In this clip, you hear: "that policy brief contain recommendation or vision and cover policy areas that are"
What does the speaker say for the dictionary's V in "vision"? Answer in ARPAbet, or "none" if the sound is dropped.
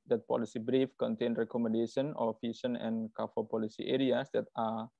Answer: F